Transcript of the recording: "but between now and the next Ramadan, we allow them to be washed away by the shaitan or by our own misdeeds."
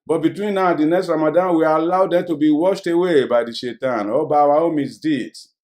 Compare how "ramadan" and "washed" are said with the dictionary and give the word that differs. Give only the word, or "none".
none